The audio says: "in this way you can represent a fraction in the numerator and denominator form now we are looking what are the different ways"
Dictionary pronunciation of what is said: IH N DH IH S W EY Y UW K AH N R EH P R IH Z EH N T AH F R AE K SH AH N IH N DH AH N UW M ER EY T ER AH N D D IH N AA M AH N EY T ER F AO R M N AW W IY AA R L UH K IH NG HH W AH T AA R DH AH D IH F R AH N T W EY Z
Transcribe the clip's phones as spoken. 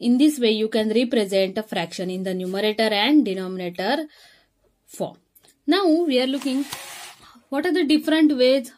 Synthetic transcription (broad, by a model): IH N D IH S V EY Y UW K AH N R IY P R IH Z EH N T AH F R AE K SH AH N IH N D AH N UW M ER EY T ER AH N D D IH N AA M AH N EY T ER F AO R M N AW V IY AA R L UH K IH NG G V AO T AA R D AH D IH F R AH N T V EY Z